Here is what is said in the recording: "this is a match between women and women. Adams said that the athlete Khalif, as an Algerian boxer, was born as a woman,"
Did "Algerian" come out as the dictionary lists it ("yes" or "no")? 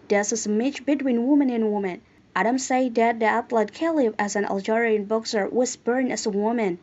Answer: yes